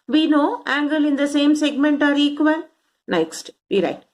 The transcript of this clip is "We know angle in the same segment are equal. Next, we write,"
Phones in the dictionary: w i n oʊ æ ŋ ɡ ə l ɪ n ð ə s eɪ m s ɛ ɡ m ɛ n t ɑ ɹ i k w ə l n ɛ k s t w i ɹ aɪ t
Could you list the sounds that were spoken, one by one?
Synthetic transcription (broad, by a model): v i n oʊ æ ŋ ɡ ə l ɪ n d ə s eɪ m s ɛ ɡ m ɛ n t ɑ ɹ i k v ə n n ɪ k s t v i ɹ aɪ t